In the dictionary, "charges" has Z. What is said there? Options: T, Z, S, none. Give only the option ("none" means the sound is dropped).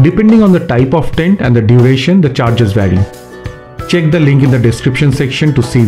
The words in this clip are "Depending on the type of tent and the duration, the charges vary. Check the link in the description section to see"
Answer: Z